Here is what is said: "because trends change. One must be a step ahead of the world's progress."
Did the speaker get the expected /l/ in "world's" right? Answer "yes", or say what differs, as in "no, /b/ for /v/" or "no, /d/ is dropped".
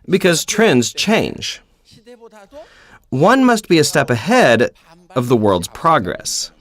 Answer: yes